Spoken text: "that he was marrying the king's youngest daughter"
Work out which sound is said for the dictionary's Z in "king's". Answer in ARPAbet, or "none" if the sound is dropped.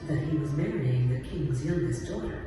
Z